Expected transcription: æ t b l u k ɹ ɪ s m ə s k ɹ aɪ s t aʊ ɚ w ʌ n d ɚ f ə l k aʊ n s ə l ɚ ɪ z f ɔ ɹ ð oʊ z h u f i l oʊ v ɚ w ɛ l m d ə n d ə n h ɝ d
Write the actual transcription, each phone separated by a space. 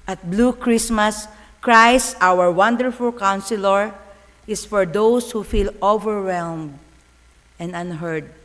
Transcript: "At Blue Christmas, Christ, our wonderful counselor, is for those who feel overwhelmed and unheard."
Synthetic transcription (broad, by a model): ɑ t b l u k ɹ ɪ s m ə s k ɹ aɪ s t aʊ ɚ w ʌ n d ɚ f ə l k aʊ n s ə l ɚ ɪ s f ɔ ɹ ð oʊ s h u f i l oʊ v ɚ w ɛ l m d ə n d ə n h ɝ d